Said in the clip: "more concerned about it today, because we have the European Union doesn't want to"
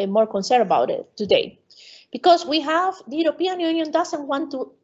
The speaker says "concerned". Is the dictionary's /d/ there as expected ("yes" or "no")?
no